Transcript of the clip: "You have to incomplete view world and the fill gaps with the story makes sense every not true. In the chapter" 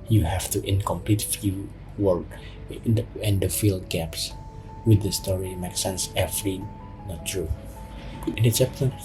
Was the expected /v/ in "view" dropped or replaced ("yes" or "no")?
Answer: yes